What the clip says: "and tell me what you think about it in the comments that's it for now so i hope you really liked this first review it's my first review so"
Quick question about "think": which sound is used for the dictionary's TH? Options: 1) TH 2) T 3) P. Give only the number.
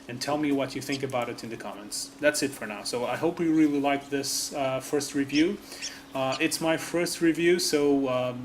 1